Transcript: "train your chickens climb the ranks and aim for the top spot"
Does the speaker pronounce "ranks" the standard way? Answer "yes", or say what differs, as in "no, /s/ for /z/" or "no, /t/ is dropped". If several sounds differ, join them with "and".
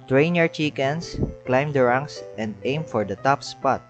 no, /k/ is dropped